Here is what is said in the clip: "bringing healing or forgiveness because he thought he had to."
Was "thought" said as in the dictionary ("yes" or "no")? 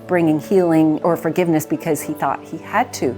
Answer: yes